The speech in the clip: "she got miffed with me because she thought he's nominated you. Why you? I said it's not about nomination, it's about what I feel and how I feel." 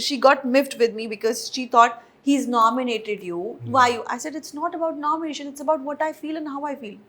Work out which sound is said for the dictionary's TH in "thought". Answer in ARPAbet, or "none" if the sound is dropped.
T